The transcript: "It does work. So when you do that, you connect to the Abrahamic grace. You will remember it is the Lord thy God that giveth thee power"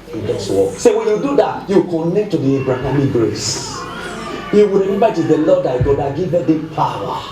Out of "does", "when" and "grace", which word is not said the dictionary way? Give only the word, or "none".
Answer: does